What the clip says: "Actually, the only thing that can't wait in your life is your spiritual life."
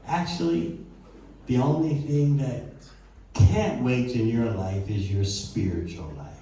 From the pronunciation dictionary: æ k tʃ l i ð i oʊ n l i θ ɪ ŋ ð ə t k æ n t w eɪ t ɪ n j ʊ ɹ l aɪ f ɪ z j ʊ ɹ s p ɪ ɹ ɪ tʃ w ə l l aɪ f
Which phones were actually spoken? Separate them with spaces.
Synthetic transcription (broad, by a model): æ k tʃ l i ð i oʊ n l i θ ɪ ŋ ð ə t k æ n t w eɪ t ɪ n j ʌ ɹ l aɪ f ɪ z j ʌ ɹ s p ɪ ɹ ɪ tʃ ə l l aɪ